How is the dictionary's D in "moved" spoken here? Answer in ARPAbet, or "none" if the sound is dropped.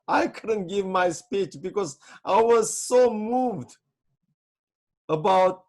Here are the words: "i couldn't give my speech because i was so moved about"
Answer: D